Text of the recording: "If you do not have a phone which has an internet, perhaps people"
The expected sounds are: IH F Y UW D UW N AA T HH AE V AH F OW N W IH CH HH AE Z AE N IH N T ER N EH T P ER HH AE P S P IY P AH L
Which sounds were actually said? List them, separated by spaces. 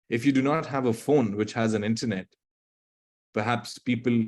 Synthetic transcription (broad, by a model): IH F Y UW D UW N AA T HH AE V AH F OW N W IH CH HH AE Z AE N IH N T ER N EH T P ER HH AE P S P IY P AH L